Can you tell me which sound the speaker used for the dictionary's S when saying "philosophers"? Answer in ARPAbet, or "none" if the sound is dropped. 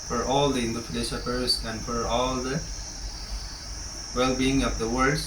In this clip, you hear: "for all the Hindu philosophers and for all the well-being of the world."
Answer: SH